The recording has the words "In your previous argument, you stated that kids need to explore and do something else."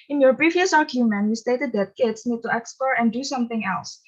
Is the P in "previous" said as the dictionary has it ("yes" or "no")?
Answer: no